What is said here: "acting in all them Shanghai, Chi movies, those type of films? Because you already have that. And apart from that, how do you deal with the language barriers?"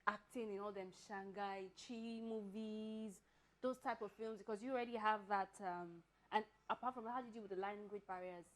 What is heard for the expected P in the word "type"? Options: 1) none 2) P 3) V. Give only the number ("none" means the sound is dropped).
2